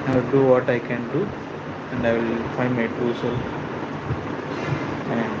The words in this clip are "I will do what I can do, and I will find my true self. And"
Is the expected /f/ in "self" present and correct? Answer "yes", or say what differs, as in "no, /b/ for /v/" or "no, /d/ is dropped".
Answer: no, /f/ is dropped